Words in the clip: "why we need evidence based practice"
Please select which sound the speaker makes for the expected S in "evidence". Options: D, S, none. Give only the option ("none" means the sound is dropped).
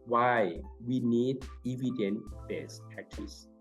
none